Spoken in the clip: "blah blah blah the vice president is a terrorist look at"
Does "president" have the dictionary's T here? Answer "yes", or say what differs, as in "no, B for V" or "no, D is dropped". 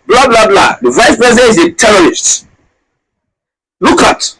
no, T is dropped